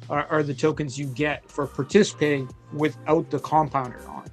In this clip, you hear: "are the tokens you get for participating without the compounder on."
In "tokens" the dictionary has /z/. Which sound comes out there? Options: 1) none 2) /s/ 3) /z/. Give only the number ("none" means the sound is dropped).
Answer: 3